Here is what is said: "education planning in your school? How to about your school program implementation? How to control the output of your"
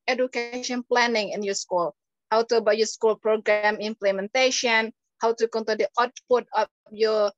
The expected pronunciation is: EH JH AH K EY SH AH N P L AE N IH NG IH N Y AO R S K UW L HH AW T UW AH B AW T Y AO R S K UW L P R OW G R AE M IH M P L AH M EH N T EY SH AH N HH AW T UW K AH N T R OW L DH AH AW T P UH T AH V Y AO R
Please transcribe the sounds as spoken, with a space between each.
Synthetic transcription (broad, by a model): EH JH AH K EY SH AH N P L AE N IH NG IH N Y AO S K UW L HH AW T UW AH B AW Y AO S K UW L P R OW G R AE M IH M P L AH M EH N T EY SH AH N HH AW T UW K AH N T OW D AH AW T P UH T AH F Y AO